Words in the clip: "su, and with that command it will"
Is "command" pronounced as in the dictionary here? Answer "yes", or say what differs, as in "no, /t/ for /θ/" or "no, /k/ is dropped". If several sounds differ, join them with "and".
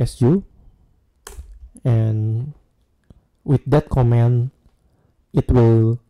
no, /d/ is dropped